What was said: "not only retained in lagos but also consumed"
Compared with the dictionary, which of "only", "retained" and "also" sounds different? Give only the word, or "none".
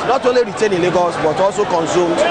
retained